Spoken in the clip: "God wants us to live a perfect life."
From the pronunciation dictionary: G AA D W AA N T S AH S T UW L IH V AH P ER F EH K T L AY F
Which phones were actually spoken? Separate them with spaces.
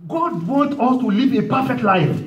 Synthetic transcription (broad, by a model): G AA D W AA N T AH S T UW L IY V AH P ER F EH K T L AY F